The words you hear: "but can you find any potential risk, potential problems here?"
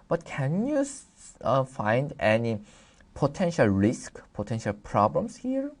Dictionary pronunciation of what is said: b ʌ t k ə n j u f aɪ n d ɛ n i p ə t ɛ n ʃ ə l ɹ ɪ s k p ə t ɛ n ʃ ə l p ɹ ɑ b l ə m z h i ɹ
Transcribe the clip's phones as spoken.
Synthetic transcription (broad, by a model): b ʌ t k ə n j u f aɪ n d ɛ n i p ə t ɛ n ʃ ə l ɹ ɪ s k p ə t ɛ n ʃ ə l p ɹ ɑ b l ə m s h i ɹ